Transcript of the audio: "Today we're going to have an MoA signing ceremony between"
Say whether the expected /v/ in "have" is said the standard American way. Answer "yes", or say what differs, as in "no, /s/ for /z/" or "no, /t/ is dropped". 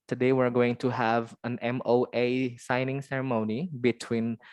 yes